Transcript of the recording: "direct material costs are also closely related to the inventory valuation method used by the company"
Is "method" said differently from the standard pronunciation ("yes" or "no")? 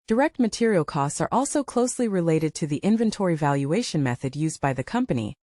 no